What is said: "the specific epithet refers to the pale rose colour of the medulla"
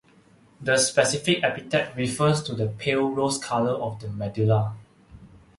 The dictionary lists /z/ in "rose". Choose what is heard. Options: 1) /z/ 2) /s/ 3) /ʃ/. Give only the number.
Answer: 2